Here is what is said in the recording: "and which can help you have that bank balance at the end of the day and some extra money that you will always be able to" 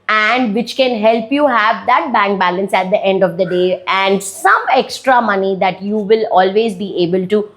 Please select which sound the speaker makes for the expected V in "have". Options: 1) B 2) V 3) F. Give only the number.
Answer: 2